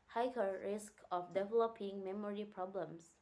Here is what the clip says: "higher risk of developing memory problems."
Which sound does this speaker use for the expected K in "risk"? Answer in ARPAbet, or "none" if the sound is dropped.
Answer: K